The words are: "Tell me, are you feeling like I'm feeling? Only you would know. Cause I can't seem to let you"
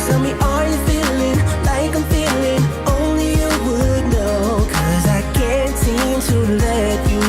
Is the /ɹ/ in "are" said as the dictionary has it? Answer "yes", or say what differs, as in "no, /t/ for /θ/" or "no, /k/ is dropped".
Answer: no, /l/ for /ɹ/